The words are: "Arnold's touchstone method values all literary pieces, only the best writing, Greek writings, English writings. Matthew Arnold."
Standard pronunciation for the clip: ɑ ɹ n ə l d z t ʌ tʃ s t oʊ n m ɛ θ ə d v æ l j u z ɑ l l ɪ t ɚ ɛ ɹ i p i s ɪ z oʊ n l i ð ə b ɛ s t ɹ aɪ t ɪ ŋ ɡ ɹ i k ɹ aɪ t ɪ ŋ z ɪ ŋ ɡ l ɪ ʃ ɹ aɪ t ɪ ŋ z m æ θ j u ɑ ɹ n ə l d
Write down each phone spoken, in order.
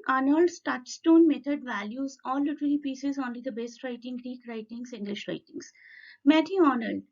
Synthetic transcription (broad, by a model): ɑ n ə l d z t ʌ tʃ s t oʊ n m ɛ t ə d v æ l j u z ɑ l l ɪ t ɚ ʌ l i p i s ɪ z oʊ n l i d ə b ɛ s t ɹ aɪ t ɪ ŋ ɡ ɹ i k ɹ aɪ t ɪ ŋ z ɪ ŋ ɡ l ɪ ʃ ɹ aɪ t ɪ ŋ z m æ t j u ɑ n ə l d